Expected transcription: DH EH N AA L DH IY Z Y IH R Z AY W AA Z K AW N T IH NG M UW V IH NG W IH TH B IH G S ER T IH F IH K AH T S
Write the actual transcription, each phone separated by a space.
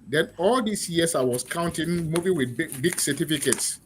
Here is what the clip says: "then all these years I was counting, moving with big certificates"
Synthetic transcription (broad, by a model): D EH N AA L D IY S Y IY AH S AY W AA S K AW N T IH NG M UW V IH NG W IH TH B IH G S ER T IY F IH K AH T S